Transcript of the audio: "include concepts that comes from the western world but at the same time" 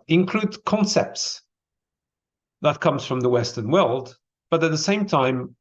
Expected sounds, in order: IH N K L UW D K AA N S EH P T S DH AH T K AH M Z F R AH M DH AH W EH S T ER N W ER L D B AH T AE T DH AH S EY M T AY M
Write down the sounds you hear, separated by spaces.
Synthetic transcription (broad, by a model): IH N K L UW D K AA N S EH P T S DH AH T K AH M Z F R AH M DH AH W EH S T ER N W ER L D B AH T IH T DH AH S EY M T AY M